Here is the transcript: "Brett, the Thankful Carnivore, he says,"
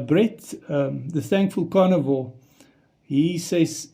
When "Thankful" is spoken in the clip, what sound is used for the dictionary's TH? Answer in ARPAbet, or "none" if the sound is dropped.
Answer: TH